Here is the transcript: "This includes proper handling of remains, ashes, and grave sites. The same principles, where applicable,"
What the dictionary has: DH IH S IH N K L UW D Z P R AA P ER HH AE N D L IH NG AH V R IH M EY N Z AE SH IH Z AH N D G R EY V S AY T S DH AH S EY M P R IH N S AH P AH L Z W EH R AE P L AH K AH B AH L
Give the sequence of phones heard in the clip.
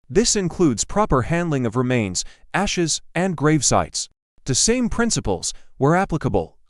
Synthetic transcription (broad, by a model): DH IH S IH N K L UW D Z P R AA P ER HH AE N D L IH NG AH V R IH M EY N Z AE SH IH Z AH N G R EY V S AY T S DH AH S EY M P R IH N S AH P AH L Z W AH R AE P L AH K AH B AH L